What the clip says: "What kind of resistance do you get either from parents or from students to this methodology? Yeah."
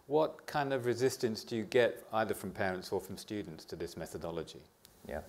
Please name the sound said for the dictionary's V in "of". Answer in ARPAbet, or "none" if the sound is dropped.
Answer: V